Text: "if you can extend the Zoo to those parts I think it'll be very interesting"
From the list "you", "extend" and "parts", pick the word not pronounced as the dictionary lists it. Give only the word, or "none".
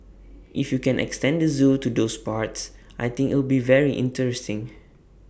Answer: none